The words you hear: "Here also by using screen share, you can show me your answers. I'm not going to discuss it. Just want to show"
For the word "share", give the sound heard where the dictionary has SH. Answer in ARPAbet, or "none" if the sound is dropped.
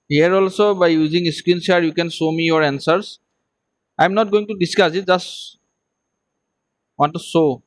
S